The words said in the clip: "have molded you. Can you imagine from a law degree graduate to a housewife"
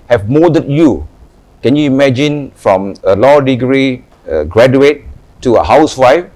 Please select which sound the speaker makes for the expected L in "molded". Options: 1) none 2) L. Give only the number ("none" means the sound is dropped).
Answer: 1